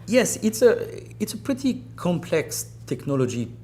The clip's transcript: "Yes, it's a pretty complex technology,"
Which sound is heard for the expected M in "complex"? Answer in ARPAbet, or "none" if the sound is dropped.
M